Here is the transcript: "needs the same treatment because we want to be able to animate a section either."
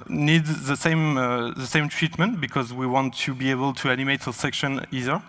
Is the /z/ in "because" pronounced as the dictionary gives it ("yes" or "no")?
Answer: yes